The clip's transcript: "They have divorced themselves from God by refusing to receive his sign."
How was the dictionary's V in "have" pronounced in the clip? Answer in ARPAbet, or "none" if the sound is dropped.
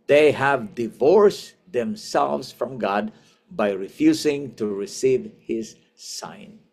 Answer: V